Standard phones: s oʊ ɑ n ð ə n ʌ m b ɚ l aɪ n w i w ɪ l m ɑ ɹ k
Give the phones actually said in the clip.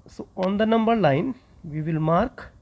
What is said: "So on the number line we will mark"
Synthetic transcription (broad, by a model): s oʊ ɑ n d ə n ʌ m b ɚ l aɪ n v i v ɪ l m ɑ ɹ k